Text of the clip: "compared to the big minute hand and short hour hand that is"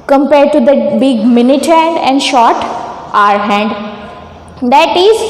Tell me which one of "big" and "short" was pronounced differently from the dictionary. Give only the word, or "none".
none